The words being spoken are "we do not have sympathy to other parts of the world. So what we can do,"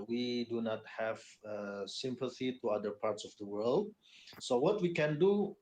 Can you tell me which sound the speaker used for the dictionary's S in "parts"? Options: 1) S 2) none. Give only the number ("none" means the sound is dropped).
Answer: 1